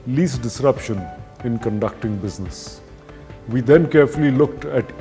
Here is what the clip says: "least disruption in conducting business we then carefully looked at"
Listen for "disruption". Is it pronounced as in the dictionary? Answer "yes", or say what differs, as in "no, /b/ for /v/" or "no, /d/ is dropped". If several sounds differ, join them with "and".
yes